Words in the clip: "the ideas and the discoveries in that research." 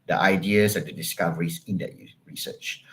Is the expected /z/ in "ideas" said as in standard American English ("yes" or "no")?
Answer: no